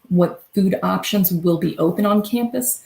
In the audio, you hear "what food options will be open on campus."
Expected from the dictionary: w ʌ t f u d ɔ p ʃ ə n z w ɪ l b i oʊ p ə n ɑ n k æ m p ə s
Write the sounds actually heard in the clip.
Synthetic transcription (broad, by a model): w ʌ t f u d ɔ p ʃ ə n z w ɪ l b i oʊ p ə n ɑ n k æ m p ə s